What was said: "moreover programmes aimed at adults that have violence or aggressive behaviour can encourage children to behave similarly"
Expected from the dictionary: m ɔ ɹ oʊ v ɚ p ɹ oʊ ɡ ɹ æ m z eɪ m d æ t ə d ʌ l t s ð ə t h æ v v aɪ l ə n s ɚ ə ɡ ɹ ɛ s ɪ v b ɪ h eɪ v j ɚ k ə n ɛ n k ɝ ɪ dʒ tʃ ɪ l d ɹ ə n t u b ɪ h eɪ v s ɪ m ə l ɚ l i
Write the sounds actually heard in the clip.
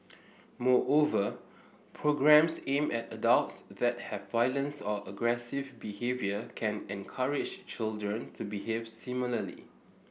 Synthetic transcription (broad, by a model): m ɔ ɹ oʊ v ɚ p ɹ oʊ ɡ ɹ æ m s eɪ m ɛ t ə d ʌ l t s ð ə t h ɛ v v aɪ l ə n s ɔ ə ɡ ɹ ɛ s ɪ v b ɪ h eɪ v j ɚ k ə n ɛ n k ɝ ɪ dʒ tʃ ɪ l d ɹ ə n t u b ɪ h eɪ v s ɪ m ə l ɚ l i